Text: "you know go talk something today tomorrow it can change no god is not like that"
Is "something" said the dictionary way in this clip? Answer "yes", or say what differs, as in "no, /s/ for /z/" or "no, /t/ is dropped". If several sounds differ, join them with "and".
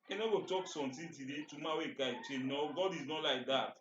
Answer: no, /t/ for /θ/